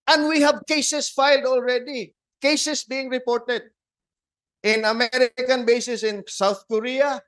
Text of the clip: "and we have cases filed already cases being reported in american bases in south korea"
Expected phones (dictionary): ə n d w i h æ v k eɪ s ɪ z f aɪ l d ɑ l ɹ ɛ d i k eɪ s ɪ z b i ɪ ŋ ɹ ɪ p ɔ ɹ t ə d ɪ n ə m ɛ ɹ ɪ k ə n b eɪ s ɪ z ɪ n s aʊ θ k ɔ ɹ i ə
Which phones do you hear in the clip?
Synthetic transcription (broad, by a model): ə n d w i h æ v k eɪ s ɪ s f aɪ l d ɑ l ɹ ɛ d i k eɪ s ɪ s b i ɪ ŋ ɹ ɪ p ɔ ɹ t ə d ɪ n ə m ɛ ɹ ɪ k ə n b eɪ s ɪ s ɪ n s aʊ θ k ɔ ɹ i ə